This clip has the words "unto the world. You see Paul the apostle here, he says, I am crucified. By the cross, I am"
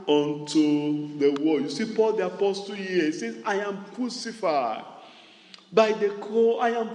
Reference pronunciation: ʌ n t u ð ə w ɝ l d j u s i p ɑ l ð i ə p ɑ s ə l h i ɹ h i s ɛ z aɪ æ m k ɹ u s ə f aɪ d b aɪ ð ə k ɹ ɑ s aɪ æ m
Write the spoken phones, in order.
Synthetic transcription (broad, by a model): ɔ n t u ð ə w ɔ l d j u s i p ɑ l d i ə p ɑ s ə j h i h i s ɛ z aɪ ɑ m k ɹ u s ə f aɪ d b aɪ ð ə k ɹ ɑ aɪ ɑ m